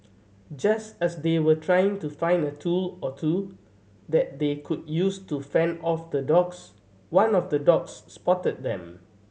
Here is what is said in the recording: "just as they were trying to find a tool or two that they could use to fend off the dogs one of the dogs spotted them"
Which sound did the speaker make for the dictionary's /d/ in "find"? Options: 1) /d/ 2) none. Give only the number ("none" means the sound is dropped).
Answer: 1